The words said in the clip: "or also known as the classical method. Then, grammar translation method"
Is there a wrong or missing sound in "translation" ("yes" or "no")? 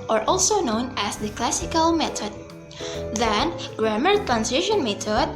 yes